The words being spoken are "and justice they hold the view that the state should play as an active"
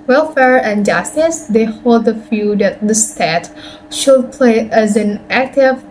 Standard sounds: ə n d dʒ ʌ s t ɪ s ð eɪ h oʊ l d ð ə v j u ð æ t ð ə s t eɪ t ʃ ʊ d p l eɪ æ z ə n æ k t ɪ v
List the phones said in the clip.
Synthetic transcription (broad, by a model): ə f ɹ dʒ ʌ s t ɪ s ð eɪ h oʊ l d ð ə f j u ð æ t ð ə s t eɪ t ʃ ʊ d p l eɪ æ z ə n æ k t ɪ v